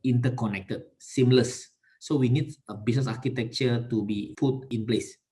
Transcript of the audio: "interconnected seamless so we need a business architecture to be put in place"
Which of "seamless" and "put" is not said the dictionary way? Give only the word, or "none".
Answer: put